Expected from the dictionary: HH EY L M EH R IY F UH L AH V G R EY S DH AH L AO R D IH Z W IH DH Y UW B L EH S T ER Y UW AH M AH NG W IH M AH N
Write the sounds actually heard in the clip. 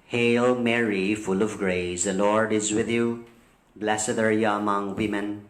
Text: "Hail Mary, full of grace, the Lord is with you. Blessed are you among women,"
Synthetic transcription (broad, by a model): HH EY L M EH R IY F UH L AH V G R EY S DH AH L AO R D IH Z W IH DH Y UW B L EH S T ER Y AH AH M AH NG W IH M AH N